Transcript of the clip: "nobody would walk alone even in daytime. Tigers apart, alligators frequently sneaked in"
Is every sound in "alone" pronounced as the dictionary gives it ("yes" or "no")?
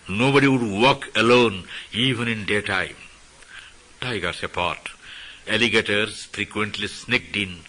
yes